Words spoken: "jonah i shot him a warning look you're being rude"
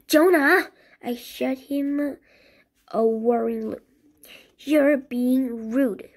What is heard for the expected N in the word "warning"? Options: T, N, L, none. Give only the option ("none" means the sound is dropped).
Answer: none